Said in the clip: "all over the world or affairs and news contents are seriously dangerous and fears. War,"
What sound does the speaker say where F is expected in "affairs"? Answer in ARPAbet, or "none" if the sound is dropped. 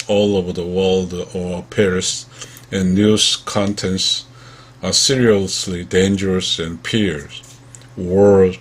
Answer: P